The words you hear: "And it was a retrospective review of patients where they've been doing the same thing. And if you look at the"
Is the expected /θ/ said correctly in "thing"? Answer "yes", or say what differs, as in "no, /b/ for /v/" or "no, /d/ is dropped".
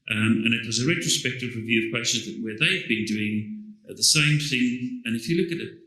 yes